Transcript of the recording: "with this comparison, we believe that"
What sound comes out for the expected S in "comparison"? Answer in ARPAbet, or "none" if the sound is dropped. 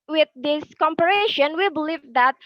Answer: SH